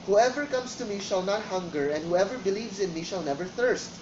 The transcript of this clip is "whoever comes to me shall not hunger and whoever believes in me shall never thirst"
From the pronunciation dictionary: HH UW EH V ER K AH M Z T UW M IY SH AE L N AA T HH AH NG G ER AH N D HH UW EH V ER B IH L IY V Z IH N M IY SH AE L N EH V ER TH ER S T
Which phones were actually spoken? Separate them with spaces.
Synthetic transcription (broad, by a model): HH UW EH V ER K AH M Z T UW M IY SH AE L N AA T HH AH NG G ER AH N D HH UW EH V ER B IH L IY V Z IH N M IY SH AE L N EH V ER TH ER S T